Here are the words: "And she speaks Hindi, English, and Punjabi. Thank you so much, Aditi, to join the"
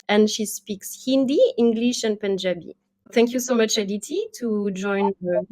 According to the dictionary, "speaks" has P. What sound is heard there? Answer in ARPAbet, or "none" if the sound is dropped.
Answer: P